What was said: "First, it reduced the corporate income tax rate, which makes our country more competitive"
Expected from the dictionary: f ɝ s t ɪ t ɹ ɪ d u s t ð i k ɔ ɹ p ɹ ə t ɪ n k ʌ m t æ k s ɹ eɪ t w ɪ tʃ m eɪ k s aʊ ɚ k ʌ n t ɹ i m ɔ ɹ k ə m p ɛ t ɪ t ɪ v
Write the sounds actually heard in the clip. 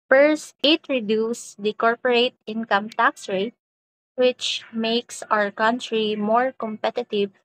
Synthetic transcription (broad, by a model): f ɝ s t ɪ t ɹ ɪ d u s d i k ɔ ɹ p ɹ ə t ɪ n k ʌ m t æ k s ɹ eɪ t w ɪ tʃ m eɪ k s aʊ ɚ k ʌ n t ɹ i m ɔ ɹ k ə m p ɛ t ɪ t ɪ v